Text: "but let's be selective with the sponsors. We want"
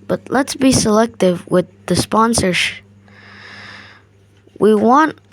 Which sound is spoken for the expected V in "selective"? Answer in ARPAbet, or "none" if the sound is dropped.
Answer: V